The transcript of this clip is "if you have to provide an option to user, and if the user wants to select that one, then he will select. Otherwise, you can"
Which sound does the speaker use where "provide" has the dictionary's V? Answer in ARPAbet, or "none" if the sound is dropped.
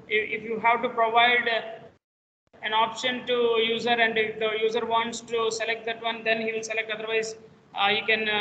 V